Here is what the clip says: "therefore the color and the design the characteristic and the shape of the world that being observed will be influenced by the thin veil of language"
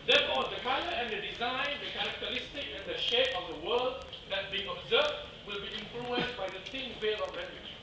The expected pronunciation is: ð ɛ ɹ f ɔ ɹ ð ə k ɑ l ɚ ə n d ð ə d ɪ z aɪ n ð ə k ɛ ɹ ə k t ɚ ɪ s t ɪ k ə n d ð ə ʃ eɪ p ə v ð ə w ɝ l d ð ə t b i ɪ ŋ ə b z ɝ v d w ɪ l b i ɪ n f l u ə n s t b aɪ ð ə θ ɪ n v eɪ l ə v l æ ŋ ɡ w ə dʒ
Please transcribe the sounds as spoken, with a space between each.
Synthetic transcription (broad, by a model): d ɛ f ɔ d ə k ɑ ɚ ə n d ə d ɪ z aɪ n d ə k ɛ ɹ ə k t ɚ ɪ s t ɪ k ə n d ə ʃ eɪ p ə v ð ə w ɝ l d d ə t b i ɪ ŋ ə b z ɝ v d w ɪ l b i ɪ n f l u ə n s b aɪ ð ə t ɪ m v eɪ l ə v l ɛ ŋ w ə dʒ